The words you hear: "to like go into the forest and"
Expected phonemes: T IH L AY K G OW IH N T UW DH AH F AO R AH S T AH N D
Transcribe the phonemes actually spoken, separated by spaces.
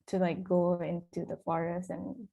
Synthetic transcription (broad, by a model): T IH L AY K G OW IH N T UW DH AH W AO R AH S AH N